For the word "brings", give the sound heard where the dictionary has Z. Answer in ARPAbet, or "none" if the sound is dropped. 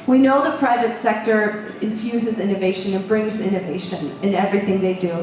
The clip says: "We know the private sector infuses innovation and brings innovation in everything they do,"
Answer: Z